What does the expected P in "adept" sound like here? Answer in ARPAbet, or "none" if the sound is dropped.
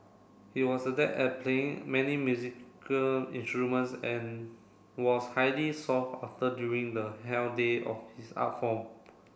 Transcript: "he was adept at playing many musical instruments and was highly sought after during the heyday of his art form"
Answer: none